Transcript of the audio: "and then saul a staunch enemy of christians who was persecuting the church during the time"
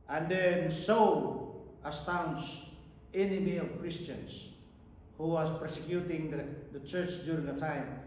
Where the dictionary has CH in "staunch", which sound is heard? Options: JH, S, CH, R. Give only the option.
S